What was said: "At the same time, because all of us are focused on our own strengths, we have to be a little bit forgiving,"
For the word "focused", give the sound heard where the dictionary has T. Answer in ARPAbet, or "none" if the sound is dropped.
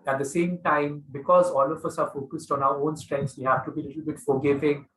T